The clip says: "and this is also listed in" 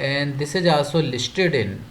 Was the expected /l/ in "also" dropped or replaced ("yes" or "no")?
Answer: yes